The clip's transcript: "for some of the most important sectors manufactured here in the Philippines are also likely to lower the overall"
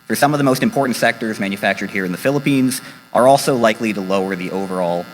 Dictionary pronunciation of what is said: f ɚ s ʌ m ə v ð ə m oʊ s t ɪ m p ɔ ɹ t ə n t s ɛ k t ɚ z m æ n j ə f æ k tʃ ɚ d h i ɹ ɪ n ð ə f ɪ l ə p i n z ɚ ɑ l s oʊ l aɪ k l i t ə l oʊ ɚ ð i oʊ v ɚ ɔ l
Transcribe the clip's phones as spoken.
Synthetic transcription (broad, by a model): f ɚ s ʌ m ə v ð ə m oʊ s t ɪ m p ɔ ɹ t n t s ɛ k t ɚ z m æ n j ə f æ k tʃ ɚ d h i ɹ ɪ n ð ə f ɪ l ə p i n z ɚ ɑ l s oʊ l aɪ k l i t ə l oʊ ɚ ð i oʊ v ɚ ɔ l